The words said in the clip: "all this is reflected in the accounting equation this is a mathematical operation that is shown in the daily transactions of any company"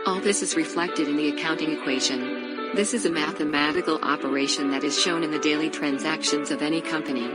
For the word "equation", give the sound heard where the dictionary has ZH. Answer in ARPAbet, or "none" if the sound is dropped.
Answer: ZH